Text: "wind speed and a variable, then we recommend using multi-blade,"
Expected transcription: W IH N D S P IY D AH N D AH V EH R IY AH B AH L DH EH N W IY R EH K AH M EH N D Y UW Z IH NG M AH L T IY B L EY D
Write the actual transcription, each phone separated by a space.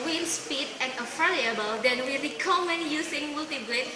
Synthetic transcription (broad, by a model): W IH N S P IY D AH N AH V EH L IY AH B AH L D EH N W IY R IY K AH M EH N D Y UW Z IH NG M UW L T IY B L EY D